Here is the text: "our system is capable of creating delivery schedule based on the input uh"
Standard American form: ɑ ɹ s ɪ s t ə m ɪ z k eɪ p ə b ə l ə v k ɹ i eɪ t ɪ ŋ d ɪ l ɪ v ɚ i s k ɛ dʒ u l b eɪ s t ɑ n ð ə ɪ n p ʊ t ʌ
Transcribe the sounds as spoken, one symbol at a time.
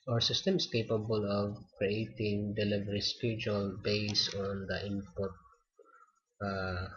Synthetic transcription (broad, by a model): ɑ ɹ s ɪ s t ə m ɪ s k eɪ p ə b ə l ə v k ɹ i eɪ t ɪ ŋ d ɪ l ɪ v ɚ i s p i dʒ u l b eɪ s ɑ n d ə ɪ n p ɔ t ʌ